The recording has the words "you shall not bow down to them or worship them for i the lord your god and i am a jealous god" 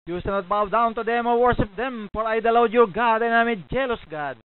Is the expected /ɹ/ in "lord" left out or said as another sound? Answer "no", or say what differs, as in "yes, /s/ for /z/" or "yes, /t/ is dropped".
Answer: yes, /w/ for /ɹ/